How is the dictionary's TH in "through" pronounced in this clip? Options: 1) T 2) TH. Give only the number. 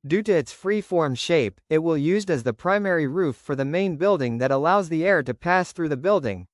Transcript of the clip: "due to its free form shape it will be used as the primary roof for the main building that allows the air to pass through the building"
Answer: 2